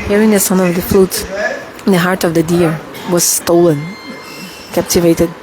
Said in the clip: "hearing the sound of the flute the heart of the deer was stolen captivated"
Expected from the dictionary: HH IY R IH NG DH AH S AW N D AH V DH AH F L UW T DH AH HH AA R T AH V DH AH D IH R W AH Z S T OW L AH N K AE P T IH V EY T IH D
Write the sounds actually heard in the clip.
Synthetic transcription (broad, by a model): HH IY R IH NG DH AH S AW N AH V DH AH F L UW T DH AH HH AA R T AH V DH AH D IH R W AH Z S T OW L AH N K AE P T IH V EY T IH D